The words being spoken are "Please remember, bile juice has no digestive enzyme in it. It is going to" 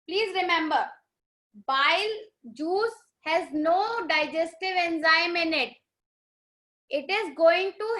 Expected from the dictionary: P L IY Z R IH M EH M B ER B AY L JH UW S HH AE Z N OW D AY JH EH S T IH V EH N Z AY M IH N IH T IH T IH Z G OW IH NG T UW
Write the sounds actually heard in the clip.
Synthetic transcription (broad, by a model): P L IY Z R IH M EH M B ER B AY L JH UW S HH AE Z N OW D AY JH EH S T IH V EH N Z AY M IH N IH T IH T IH Z G OW IH NG T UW